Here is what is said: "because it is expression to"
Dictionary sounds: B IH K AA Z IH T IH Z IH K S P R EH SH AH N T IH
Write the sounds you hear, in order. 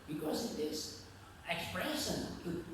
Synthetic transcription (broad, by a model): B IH K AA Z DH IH S IH K S P R EH SH AH N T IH